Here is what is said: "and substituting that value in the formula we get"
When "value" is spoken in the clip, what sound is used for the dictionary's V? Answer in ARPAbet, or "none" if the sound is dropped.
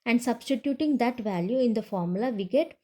V